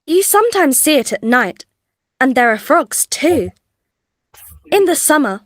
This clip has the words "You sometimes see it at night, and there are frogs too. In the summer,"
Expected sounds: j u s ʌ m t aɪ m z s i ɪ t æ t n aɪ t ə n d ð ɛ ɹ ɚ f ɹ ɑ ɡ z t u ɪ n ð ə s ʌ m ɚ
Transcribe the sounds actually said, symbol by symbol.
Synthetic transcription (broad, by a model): j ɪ s ʌ m t aɪ m z s i ɪ t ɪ t n aɪ t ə n ð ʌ ɹ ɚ f ɹ ɑ ɡ z t u ɪ n ð ə s ʌ m ɚ